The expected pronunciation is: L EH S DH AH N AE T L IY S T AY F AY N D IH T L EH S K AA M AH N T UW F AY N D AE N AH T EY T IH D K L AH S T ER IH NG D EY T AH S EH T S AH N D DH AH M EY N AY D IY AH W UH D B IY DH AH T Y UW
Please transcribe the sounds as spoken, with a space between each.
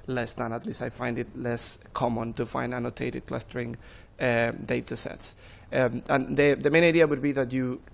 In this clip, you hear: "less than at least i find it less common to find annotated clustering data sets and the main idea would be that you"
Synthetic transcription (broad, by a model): L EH S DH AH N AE T L IY S T AY F AY N D IH T L EH S K AA M AH N T UW F AY N D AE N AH T EY T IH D K L AH S T ER IH NG D EY T AH S EH T S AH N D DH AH M EY N AY D IY AH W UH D B IY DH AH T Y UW